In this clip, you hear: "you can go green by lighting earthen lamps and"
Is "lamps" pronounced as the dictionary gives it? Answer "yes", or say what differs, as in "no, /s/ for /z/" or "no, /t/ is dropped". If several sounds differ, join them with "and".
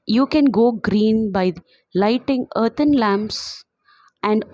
yes